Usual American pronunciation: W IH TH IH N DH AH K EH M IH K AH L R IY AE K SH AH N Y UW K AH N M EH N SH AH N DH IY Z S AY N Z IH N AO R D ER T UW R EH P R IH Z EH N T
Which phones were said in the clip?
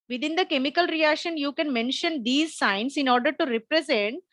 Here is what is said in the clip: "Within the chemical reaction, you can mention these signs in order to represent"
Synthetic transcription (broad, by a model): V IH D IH N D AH K EH M IH K AH L R IY AE K SH AH N Y UW K AH N M EH N SH AH N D IY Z S AY N S IH N AO R D ER T UW R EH P R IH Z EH N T